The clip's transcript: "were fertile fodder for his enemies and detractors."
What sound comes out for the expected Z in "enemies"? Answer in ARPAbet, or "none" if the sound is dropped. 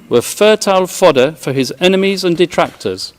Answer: Z